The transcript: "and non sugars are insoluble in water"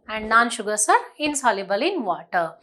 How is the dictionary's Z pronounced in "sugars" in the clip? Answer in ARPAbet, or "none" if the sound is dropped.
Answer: S